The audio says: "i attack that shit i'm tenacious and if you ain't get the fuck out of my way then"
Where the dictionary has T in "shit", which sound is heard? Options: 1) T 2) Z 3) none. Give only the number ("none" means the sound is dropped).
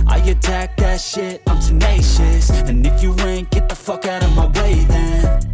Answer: 1